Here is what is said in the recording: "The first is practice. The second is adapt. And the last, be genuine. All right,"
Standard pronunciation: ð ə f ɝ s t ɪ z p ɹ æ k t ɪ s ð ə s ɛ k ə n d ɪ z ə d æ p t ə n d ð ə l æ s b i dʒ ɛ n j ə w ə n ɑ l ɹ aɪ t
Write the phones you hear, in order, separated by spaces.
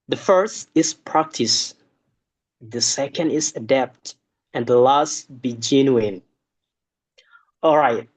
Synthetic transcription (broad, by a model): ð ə f ɝ s t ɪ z p ɹ æ k t ɪ s ð ə s ɛ k ə n d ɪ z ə d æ p t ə n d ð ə l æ s b i dʒ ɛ n j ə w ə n ɑ l ɹ aɪ t